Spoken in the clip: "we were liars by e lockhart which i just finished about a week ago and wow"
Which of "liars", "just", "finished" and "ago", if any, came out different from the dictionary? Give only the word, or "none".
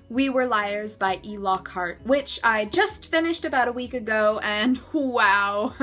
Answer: none